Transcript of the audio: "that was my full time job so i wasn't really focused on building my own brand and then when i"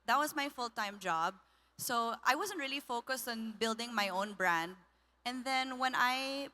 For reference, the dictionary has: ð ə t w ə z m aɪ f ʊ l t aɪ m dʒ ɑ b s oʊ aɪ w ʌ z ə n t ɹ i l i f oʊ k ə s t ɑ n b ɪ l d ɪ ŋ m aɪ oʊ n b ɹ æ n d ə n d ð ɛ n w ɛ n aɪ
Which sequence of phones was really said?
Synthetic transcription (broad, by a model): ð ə t w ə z m aɪ f ʊ l t aɪ m dʒ ɑ b s oʊ aɪ w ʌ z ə n t ɹ i l i f oʊ k ə s t ɑ n b ɪ l d ɪ ŋ m aɪ oʊ n b ɹ æ n d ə n ð ɛ n w ɛ n aɪ